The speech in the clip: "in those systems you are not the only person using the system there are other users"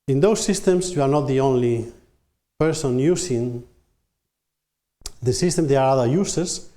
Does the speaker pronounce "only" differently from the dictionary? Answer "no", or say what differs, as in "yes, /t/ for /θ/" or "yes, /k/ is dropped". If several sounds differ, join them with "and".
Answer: no